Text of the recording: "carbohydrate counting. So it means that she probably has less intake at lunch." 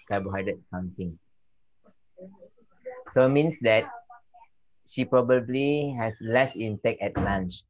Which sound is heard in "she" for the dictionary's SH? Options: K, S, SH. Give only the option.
SH